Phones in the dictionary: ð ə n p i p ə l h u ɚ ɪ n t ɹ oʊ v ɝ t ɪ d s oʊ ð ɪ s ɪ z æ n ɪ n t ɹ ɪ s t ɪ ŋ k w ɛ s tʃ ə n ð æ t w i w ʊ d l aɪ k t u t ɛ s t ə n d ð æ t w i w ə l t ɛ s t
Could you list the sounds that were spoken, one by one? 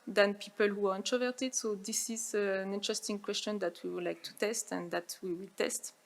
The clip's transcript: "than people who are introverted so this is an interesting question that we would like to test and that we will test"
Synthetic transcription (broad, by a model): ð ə n p i p ə l h u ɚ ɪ n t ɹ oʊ v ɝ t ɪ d s oʊ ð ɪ s ɪ z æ n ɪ n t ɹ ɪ s t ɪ ŋ k w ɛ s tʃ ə n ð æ t w i w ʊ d l aɪ k t u t ɛ s t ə n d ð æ t w i w ə l t ɛ s t